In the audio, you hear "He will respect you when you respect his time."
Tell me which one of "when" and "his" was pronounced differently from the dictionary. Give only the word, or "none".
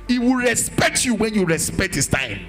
his